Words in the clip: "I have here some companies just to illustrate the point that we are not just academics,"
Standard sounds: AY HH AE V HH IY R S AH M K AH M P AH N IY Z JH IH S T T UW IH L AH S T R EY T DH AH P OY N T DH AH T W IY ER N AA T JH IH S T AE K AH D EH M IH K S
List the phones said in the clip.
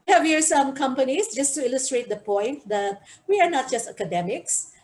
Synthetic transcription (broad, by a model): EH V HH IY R S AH M K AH M P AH N IY S JH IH S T T UW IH L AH S T R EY T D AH P OY N T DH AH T W IY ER N AA T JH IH S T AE K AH D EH M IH K S